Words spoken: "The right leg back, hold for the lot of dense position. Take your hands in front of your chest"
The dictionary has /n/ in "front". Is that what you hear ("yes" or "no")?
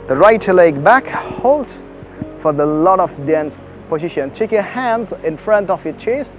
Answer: yes